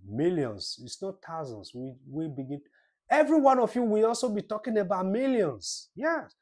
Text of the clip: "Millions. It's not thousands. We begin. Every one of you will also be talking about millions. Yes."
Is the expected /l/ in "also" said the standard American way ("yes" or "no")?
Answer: yes